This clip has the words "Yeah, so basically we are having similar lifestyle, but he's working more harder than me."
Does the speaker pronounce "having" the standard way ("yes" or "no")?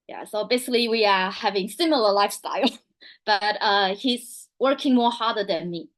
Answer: yes